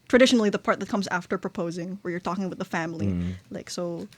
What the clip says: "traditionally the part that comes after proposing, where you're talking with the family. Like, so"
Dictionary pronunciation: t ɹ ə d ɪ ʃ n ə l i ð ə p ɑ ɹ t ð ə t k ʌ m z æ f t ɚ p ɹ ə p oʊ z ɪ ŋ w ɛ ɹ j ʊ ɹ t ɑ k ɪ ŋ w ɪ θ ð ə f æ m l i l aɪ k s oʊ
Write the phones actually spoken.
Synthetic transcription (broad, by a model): t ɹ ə d ɪ ʃ n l i ð ə p ɑ ɹ t ð ə t k ʌ m z æ f t ɚ p ɹ ə p oʊ z ɪ ŋ w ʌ ɹ j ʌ ɹ t ɑ k ɪ ŋ w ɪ ð ə f æ m l i l aɪ k s oʊ